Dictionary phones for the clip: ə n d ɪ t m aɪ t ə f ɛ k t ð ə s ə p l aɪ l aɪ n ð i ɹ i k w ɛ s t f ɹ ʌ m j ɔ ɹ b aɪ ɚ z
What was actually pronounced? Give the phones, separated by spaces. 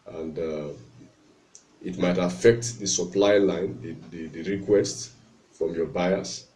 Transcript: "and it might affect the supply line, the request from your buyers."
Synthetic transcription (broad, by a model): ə n d ɪ t m aɪ t ə f ɛ k t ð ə s ə p l aɪ l aɪ n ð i ɹ i k w ɛ s t f ɹ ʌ m j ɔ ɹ b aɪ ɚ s